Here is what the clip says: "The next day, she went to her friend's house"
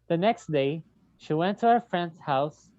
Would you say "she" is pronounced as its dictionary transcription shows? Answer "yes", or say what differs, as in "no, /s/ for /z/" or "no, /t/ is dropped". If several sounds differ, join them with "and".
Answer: yes